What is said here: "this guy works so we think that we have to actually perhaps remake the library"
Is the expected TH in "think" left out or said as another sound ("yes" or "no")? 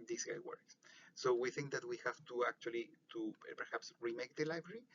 no